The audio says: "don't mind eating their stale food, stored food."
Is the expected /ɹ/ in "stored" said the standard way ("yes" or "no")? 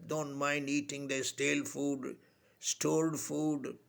no